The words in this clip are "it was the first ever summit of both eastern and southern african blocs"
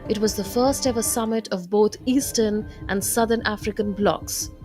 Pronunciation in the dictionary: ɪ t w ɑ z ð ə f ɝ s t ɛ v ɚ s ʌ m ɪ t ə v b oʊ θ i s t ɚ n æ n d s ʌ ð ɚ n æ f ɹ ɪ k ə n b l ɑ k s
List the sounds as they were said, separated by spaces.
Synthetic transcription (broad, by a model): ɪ t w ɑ z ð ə f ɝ s t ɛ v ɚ s ʌ m ɪ t ə v b oʊ t i s t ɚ n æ n d s ʌ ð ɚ n æ f ɹ ɪ k ə n b l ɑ k s